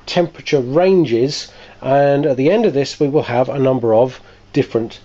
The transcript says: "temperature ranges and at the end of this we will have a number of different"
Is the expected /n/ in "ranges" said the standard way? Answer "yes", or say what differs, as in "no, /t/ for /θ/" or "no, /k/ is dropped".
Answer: yes